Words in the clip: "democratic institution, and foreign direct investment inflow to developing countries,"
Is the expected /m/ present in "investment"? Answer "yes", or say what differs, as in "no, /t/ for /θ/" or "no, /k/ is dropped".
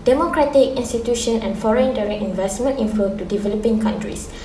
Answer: yes